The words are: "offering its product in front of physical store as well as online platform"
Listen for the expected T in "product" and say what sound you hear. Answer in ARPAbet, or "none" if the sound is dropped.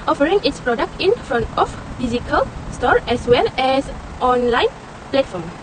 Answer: T